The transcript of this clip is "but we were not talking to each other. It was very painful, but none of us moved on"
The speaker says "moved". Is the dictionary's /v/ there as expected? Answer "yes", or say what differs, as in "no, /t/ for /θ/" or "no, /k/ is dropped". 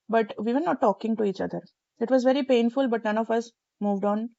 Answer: yes